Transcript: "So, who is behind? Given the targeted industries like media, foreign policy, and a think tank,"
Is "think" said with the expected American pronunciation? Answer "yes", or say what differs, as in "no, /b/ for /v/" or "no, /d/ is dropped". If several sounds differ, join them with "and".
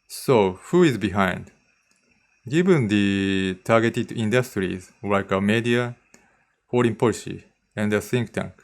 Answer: no, /s/ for /θ/